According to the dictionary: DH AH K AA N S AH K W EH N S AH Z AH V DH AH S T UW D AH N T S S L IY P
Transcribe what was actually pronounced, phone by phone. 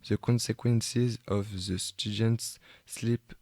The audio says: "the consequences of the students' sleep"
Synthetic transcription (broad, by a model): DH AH K AA N S AH K W EH N S AH Z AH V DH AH S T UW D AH N T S S L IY P